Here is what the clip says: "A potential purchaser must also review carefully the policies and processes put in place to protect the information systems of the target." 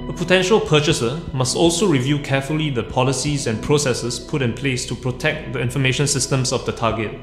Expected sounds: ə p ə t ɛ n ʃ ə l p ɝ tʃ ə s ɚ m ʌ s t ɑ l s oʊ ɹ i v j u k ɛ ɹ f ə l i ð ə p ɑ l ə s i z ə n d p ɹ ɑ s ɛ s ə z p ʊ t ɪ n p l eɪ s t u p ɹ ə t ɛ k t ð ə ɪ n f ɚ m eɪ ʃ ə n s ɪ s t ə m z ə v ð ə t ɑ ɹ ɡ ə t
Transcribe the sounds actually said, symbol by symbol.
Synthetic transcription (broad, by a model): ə p ə t ɛ n ʃ ə l p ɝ tʃ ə s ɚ m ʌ s t ɑ l s oʊ ɹ i v j u k ɛ f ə l i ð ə p ɑ l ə s i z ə n p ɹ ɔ s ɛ s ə s p ʊ t ɪ n p l eɪ s t u p ɹ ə t ɛ k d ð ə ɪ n f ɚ m eɪ ʃ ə n s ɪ s t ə m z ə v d ə t ɑ ɡ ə t